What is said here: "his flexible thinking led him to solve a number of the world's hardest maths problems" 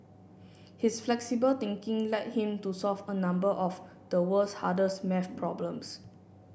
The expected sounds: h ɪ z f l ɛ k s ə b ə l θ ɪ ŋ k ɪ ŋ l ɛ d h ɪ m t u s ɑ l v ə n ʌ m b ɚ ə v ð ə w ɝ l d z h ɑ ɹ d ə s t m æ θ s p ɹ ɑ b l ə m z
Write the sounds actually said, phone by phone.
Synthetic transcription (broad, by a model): h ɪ s f l ɛ k s ə b ə l t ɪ ŋ k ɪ ŋ l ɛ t h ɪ m t u s ɑ l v ə n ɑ m b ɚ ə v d ə w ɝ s h ɑ d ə s m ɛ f p ɹ ɑ b l ə m s